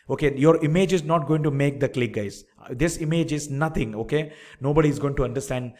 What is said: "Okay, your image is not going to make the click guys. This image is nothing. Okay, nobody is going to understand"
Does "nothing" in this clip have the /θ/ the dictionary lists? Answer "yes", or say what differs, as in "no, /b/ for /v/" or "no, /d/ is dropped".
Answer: no, /t/ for /θ/